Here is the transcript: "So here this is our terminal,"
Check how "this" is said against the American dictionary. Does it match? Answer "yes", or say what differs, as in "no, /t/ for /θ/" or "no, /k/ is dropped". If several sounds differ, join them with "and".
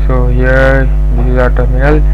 no, /s/ is dropped